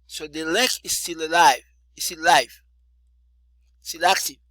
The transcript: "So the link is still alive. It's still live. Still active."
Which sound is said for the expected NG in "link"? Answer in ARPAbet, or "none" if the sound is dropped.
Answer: none